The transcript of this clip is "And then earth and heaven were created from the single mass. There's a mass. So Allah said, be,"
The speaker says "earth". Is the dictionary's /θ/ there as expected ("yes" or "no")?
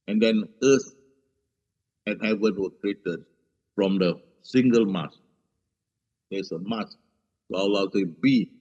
no